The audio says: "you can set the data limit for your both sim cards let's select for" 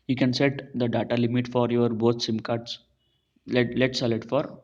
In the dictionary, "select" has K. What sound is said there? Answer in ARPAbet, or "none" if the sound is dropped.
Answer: none